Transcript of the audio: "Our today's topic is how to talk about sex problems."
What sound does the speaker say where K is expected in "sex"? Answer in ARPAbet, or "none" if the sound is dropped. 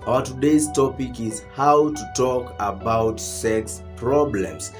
K